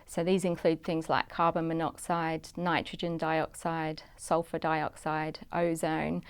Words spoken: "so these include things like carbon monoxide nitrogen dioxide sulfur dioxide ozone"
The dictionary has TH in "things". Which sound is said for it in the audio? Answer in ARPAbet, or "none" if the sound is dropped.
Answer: TH